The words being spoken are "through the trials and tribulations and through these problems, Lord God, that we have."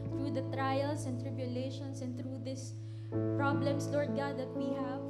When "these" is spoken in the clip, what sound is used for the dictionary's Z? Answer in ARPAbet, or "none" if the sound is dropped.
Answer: S